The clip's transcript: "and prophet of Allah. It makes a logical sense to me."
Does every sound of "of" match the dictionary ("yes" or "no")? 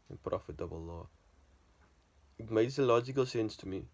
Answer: no